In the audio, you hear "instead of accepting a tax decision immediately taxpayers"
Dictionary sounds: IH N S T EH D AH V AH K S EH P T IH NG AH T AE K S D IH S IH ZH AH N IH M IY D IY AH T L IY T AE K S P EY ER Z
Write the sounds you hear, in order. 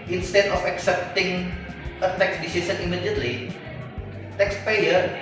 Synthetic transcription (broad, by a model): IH N S T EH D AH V AH K S EH P T IH NG AH T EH K S D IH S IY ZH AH N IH M IY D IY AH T L IY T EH K S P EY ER